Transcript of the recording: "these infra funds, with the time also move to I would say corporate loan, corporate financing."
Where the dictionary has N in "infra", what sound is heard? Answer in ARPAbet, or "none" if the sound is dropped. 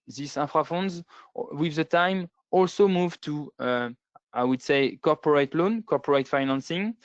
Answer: none